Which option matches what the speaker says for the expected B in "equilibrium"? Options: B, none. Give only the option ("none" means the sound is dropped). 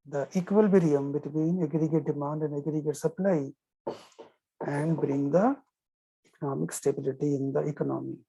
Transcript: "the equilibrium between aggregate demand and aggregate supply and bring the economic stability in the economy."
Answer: none